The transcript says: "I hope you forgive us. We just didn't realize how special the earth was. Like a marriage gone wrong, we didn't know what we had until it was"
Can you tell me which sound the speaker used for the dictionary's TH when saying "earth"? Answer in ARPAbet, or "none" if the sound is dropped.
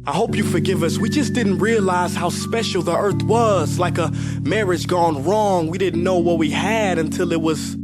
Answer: TH